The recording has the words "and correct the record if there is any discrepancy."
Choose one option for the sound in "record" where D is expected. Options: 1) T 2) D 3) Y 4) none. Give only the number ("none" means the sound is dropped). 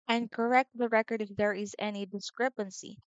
2